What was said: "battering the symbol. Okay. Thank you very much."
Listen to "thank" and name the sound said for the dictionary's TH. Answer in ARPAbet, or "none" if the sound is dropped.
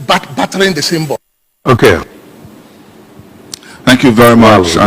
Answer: TH